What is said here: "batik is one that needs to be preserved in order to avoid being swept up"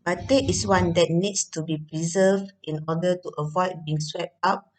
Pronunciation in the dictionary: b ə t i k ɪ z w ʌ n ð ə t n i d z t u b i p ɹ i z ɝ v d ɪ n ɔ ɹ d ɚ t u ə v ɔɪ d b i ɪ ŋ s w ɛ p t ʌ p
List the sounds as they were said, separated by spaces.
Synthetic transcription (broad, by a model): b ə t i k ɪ s w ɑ n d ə t n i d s t u b i p ɹ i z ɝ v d ɪ n ɔ d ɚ t u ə v ɔɪ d b i ɪ ŋ s w ɛ p t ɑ p